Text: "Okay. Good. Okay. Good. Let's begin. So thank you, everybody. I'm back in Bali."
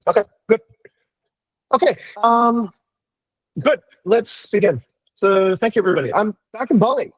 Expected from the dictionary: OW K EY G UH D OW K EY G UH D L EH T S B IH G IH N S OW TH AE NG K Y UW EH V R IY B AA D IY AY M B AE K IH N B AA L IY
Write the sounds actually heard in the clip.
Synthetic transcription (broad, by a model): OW K EY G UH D OW K EY G UH D L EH T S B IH G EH N S OW TH AE NG K Y UW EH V R IY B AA D IY AY M B AE K IH N B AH L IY